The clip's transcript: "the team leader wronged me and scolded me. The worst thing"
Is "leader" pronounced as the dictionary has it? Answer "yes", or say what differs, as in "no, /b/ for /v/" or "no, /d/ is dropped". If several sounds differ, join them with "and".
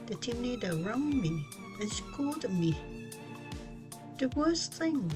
no, /n/ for /l/